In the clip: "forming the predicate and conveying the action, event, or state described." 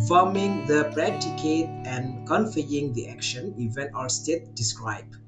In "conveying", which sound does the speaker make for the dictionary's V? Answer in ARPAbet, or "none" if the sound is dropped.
F